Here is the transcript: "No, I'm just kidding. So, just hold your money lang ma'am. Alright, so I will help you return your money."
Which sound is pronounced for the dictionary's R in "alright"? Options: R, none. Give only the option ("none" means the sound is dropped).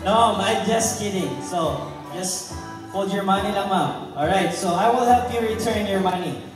R